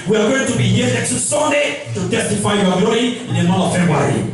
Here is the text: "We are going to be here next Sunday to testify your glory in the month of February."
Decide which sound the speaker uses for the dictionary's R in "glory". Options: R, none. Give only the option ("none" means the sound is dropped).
none